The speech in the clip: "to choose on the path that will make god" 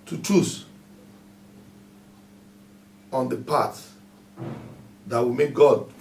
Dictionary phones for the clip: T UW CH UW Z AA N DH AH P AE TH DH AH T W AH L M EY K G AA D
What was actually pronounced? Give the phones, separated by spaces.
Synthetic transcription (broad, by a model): T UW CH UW S AA N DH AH P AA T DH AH T W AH M EY K G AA D